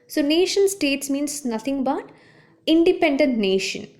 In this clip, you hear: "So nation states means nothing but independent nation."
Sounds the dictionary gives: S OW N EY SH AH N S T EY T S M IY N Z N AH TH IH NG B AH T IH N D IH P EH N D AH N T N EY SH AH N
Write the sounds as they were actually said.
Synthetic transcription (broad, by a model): S OW N EY SH AH N S T EY T S M IY N S N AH T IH NG B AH T IH N D IH P EH N D AH N T N EY SH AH N